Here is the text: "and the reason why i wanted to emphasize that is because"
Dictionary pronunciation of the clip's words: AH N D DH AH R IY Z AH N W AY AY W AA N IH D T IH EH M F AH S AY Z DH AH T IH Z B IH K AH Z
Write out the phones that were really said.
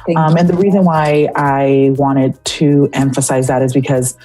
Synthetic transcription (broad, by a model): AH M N DH AH R IY Z AH N W AY AY W AA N IH D T IH EH M F AH S AY Z DH AH T IH Z B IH K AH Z